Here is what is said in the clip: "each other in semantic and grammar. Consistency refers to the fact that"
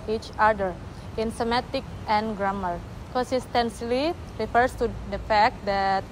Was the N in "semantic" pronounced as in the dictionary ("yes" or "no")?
no